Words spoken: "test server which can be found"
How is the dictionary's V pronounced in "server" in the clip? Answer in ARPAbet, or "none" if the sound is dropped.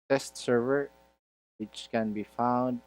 V